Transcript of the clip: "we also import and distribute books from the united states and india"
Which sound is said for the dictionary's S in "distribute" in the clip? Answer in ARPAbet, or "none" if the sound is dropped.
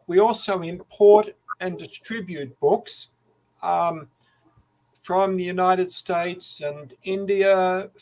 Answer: S